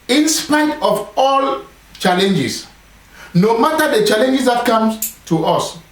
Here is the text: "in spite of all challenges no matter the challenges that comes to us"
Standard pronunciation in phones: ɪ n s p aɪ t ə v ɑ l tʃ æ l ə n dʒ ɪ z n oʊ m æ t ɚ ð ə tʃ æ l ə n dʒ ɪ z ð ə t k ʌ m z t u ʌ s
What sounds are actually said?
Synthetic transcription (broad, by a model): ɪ n s p aɪ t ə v ɑ l tʃ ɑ l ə n dʒ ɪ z n oʊ m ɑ t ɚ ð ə tʃ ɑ l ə n dʒ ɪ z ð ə t k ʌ m s t u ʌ s